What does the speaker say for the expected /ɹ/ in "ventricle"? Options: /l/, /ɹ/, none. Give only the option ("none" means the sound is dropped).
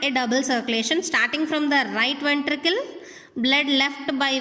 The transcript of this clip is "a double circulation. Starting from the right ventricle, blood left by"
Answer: /ɹ/